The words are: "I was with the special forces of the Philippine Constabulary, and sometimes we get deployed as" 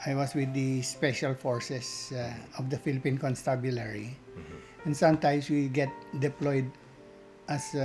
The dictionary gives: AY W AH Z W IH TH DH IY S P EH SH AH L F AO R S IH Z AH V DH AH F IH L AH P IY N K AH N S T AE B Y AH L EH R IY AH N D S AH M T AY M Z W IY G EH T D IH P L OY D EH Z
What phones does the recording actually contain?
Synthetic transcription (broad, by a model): AY W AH S W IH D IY S P EH SH AH L F AO R S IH S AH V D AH F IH L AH P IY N K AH N S T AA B Y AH L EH R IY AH N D S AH M T AY M S W IY G EH T D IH P L OY D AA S